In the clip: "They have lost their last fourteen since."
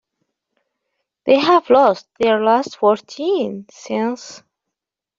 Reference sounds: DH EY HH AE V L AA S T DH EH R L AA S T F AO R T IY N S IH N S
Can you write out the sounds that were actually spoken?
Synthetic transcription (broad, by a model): DH EY HH AE V L AA S T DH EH R L AA S T F AO R T IY N S IH N S